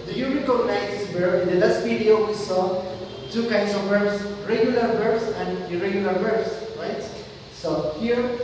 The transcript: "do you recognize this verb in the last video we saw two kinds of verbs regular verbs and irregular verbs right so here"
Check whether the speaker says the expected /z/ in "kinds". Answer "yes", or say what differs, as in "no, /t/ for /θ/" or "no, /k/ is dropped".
no, /s/ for /z/